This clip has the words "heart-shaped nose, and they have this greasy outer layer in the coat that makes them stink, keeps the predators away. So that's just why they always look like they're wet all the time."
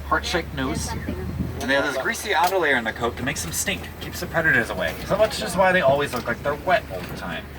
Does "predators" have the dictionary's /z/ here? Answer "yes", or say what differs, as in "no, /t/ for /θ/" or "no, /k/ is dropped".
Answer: yes